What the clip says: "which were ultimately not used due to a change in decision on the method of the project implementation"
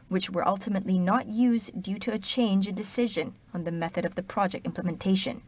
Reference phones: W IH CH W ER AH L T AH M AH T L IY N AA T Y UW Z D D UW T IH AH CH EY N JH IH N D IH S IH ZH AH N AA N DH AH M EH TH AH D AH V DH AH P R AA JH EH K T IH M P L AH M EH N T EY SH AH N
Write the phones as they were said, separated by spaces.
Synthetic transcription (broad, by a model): W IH CH W ER AH L T AH M AH T L IY N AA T Y UW Z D D UW T IH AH CH EY N JH IH N D IH S IH ZH AH N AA N DH AH M EH TH AH D AH V DH AH P R AA JH EH K T IH M P L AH M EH N T EY SH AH N